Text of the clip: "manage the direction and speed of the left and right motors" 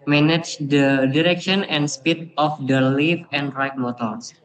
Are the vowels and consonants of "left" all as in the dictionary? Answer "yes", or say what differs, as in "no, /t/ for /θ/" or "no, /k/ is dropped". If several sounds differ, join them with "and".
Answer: no, /t/ is dropped